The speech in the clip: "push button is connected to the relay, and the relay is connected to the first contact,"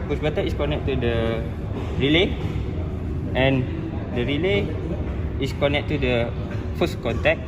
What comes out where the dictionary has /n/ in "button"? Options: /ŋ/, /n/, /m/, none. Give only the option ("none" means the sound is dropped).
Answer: none